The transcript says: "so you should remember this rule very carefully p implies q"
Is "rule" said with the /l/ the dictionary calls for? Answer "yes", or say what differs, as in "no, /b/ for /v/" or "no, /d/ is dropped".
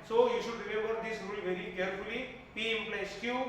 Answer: no, /n/ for /l/